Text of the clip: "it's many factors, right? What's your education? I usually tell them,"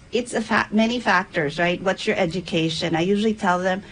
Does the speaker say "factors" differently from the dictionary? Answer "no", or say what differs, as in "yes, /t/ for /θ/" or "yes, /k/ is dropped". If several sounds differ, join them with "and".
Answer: no